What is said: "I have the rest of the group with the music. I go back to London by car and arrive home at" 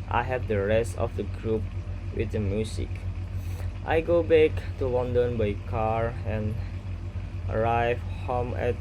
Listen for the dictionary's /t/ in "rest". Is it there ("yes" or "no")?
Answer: yes